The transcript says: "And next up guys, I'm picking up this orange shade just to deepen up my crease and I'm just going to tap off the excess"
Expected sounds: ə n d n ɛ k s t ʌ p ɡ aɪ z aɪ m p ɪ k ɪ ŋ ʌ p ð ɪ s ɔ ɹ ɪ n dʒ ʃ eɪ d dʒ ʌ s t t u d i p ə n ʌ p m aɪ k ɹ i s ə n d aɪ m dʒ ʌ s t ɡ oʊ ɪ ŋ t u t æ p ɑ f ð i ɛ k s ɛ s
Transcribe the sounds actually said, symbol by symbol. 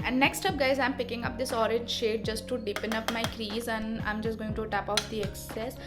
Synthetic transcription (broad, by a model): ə n d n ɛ k s t ʌ p ɡ aɪ z aɪ m p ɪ k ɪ ŋ ʌ p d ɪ s ɔ ɹ ɪ n dʒ ʃ eɪ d dʒ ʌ s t t u d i p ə n ʌ p m aɪ k ɹ i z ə n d aɪ m dʒ ʌ s t ɡ oʊ ɪ ŋ t u t æ p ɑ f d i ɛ k s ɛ s